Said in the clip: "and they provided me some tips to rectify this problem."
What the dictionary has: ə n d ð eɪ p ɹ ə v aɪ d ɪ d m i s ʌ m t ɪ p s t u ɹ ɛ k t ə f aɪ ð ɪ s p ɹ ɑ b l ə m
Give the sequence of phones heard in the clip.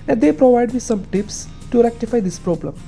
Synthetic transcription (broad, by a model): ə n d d eɪ p ɹ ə v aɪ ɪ d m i s ʌ m t ɪ p s t u ɹ ɛ k t ə f aɪ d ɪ s p ɹ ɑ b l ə m